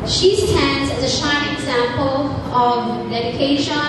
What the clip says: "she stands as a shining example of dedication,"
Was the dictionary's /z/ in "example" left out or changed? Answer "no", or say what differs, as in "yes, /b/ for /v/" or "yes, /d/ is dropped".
no